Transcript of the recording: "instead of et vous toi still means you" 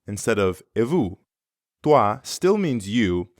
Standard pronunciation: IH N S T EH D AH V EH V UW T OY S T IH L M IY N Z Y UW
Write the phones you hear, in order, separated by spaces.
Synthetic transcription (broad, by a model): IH N S T EH D AH V EH V UW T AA S T IH L M IY N Z Y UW